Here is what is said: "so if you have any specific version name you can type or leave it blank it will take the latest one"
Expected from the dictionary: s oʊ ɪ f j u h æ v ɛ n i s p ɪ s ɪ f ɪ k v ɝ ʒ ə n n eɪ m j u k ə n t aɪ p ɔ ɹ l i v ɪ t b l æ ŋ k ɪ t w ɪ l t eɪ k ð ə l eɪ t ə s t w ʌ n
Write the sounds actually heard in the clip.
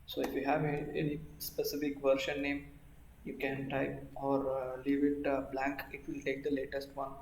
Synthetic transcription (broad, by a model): s oʊ ɪ f j u h æ v ɛ n i s p ɪ s ɪ f ɪ k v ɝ ʃ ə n n eɪ m j u k ə n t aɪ ɔ ɹ l i v ɪ t b l æ ŋ k ɪ t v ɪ l t eɪ k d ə l eɪ t ə s t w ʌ n